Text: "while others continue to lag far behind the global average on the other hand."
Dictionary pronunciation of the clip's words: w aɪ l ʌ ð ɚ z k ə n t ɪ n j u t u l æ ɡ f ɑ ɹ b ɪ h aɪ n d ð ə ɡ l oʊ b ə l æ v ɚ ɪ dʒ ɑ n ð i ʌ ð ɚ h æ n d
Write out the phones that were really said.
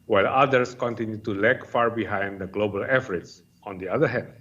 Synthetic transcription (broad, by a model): w aɪ l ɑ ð ɚ s k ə n t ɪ n j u t u l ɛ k f ɑ ɹ b ɪ h aɪ n d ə ɡ l oʊ b ə l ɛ f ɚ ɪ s ɑ n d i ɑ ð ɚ h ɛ n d